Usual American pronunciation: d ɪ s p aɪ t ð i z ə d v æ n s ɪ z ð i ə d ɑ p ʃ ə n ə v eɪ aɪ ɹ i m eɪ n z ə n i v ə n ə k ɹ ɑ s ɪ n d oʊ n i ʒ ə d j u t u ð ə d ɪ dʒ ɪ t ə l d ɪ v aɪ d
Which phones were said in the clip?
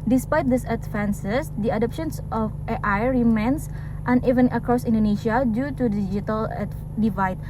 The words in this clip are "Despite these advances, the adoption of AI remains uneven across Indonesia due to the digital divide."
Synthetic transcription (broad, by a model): d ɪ s p aɪ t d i s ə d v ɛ n s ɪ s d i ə d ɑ p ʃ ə n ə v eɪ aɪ ɹ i m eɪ n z ə n i v ə n ə k ɹ ɑ s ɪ n d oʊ n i ʃ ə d j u t u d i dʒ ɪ t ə l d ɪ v aɪ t